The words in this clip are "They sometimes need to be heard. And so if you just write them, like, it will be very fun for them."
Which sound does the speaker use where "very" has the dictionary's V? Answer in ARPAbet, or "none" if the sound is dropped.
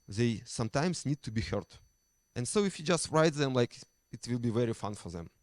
V